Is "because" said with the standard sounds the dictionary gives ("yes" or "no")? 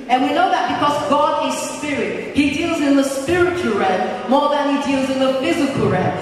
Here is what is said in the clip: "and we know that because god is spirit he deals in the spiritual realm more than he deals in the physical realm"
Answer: yes